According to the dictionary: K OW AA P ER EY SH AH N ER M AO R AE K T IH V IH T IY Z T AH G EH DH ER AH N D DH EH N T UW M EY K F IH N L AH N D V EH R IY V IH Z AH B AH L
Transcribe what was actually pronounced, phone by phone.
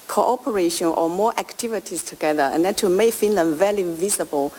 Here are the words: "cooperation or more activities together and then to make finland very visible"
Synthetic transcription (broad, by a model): K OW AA P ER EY SH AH N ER M AO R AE K T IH V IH T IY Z T AH G EH DH ER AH N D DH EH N T UW M EY K F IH N L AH N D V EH L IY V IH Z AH B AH L